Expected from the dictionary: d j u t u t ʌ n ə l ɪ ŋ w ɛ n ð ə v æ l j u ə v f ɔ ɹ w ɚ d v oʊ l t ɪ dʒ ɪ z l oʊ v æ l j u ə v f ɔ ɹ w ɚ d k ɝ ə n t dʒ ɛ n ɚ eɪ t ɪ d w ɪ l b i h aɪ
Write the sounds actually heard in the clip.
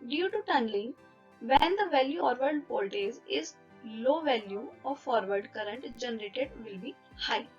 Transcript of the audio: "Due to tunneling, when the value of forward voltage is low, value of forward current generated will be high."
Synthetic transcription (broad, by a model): d j u t u t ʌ n l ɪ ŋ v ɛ n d ə v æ l j u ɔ ɹ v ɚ d p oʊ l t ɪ z ɪ z l oʊ v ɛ l j u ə f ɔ ɹ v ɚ d k ɝ ə n t dʒ ɛ n ɚ eɪ t ɪ d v ɪ l b i h aɪ